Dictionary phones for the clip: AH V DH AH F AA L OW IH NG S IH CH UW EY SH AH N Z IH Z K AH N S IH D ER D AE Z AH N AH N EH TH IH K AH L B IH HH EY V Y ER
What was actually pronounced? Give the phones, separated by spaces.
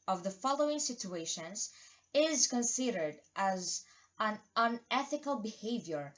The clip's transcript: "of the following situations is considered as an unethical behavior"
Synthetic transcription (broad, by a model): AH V DH AH F AA L OW IH NG S IH CH UW EY SH AH N Z IH Z K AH N S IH D ER D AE Z AH N AH N EH TH IH K AH L B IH HH EY V Y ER